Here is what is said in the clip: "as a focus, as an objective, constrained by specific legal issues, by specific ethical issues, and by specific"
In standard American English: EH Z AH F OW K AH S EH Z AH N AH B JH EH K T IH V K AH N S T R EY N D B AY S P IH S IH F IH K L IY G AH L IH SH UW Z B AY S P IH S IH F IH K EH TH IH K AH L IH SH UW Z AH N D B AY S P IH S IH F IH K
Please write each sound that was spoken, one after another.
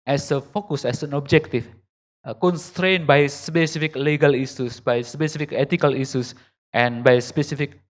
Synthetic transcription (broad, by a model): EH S AH F OW K AH S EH S AH N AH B JH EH K T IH F K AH N S T R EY N B AY S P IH S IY F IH K L IY G AH L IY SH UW S B AY S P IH S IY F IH K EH T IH K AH L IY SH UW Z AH N B AY S P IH S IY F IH K